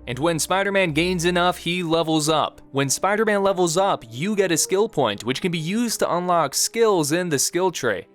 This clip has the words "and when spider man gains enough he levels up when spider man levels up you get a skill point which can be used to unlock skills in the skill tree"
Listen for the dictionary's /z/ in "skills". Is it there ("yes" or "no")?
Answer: yes